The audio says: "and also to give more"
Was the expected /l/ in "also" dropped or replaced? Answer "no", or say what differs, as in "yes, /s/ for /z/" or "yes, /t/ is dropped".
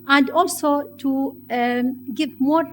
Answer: no